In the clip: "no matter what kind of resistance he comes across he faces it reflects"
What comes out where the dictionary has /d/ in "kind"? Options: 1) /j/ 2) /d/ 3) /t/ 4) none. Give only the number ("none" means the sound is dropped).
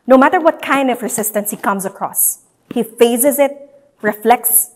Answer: 2